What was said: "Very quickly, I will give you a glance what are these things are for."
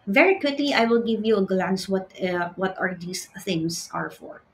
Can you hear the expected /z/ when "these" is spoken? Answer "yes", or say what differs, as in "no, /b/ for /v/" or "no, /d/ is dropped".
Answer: no, /s/ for /z/